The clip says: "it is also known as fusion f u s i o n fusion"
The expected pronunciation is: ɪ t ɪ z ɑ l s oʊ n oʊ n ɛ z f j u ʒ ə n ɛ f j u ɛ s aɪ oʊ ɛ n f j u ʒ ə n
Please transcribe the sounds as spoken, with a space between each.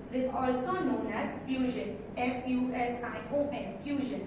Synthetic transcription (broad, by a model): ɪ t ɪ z ɑ l s oʊ n oʊ n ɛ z f j u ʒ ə n ɛ f j u ɛ s aɪ oʊ ɛ n f j u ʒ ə n